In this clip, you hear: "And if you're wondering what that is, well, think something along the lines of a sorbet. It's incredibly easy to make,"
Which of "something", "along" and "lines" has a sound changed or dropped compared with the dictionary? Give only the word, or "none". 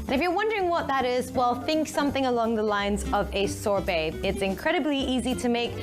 none